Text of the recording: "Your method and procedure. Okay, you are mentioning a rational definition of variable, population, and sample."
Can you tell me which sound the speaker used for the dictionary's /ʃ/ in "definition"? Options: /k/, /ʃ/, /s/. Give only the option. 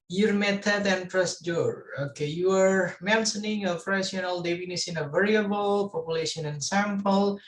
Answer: /s/